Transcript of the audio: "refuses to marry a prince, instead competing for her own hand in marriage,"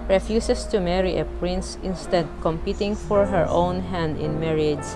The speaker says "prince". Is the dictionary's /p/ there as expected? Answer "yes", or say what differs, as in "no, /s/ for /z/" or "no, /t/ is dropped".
yes